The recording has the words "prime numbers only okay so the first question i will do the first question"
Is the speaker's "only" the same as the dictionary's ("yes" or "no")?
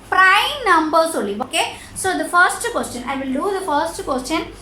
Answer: no